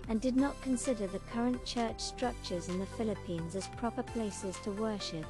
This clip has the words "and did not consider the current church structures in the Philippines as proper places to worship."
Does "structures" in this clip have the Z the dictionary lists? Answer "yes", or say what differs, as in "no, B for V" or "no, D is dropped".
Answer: yes